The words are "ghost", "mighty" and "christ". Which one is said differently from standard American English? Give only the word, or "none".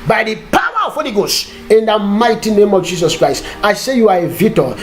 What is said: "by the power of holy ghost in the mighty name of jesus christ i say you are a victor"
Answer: ghost